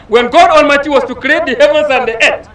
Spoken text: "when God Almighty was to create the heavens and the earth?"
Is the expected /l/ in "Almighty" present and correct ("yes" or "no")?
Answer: no